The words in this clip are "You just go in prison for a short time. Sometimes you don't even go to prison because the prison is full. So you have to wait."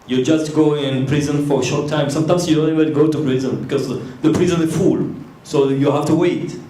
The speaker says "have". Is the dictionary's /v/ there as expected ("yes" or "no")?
no